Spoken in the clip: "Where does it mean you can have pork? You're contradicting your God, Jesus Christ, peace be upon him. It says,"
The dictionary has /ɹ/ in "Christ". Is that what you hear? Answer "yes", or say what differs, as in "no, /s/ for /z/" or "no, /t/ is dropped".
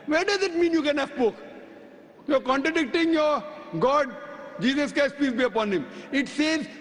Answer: no, /ɹ/ is dropped